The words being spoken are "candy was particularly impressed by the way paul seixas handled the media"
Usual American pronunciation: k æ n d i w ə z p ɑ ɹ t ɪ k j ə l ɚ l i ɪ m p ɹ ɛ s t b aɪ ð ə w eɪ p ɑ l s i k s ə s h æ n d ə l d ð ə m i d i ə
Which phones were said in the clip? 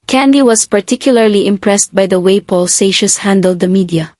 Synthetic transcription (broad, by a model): k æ n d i w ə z p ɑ ɹ t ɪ k j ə l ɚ l i ɪ m p ɹ ɛ s t b aɪ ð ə w eɪ p ɑ l s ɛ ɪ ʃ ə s h æ n d ə l d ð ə m i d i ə